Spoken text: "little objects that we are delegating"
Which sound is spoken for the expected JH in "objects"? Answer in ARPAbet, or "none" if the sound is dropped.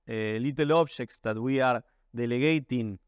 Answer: SH